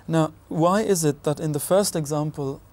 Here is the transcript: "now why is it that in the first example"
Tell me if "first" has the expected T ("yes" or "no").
yes